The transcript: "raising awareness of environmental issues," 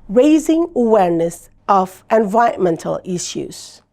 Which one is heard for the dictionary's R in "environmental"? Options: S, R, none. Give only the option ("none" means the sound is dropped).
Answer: none